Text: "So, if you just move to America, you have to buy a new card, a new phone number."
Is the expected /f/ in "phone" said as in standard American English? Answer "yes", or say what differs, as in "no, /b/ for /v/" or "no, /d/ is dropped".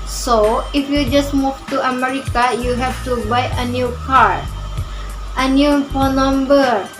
no, /p/ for /f/